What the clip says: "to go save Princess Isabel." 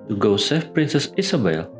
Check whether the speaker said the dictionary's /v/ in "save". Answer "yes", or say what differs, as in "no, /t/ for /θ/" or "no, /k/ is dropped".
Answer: no, /f/ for /v/